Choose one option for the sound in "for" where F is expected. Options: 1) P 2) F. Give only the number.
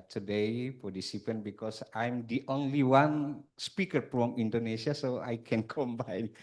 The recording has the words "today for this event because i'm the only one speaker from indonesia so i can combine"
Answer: 1